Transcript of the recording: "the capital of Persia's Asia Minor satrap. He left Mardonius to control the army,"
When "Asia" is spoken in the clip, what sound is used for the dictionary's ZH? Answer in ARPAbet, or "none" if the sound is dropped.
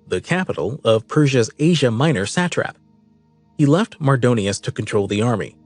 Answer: ZH